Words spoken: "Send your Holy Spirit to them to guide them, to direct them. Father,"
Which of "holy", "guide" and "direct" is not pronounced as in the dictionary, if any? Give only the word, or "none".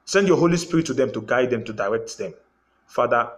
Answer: none